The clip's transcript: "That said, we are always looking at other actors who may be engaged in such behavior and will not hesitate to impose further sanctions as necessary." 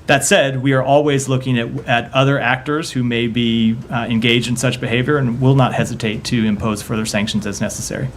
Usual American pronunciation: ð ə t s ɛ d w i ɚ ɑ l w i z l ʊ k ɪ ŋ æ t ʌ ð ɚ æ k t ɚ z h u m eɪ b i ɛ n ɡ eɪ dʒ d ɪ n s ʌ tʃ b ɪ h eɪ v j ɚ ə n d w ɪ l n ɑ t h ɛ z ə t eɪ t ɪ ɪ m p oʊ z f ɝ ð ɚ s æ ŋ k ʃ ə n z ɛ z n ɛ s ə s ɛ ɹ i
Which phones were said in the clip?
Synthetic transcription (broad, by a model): ð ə t s ɛ d w i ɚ ɑ l w i z l ʊ k ɪ ŋ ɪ t ʌ ð ɚ æ k t ɚ z h u m eɪ b i ɛ n ɡ eɪ dʒ d ɪ n s ʌ tʃ b ɪ h eɪ v j ɚ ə n w ɪ l n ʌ t h ɛ z ə t eɪ t ɪ ɪ m p oʊ z f ɝ ð ɚ s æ ŋ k ʃ n z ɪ z n ɛ s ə s ɛ ɹ i